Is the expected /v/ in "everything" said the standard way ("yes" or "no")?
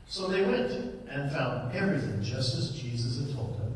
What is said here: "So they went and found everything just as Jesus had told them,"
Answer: no